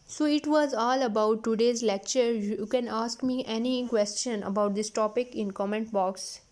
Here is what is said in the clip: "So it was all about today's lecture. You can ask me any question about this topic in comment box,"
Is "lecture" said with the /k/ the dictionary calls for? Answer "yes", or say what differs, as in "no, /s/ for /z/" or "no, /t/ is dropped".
yes